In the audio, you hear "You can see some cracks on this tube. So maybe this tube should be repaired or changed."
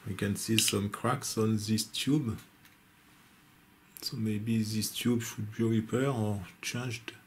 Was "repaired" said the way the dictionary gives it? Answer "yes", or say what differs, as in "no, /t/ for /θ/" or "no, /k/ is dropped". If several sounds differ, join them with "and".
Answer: no, /d/ is dropped